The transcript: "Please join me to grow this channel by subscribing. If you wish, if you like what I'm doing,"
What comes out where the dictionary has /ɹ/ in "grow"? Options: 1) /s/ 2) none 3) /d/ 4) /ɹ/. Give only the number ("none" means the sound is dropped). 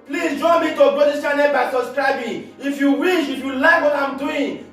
2